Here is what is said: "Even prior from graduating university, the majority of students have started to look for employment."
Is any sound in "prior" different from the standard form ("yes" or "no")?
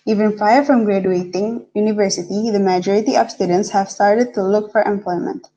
yes